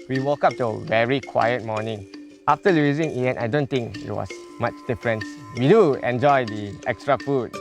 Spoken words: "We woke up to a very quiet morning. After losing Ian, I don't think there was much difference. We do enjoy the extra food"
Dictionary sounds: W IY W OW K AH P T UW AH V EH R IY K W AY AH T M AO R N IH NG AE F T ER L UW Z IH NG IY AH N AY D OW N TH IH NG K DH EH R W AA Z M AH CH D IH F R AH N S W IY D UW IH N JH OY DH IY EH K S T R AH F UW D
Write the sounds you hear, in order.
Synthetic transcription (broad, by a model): W IY W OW K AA P T UW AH V EH R IY K W AY AH T M AO N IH NG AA F T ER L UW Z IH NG IY AH N AY D OW N T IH NG K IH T W AA S M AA CH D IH F R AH N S W IY D UW IH N JH OY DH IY EH K S T R AH F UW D